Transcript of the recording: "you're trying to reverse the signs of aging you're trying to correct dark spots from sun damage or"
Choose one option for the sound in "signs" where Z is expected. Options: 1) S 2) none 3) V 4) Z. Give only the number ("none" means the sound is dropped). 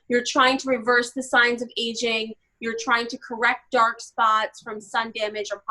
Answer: 4